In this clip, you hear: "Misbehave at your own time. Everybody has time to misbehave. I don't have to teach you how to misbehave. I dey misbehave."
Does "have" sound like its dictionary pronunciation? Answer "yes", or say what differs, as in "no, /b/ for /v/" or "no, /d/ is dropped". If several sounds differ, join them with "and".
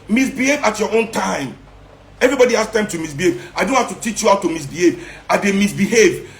no, /f/ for /v/